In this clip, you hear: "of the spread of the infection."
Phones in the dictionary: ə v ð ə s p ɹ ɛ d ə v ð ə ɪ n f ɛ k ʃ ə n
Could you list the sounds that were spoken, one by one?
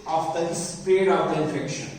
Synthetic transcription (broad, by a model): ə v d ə s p ɛ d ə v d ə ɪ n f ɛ k ʃ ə n